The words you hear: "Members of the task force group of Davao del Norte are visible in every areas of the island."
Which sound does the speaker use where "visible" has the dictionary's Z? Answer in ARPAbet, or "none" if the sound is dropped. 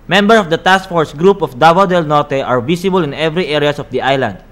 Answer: S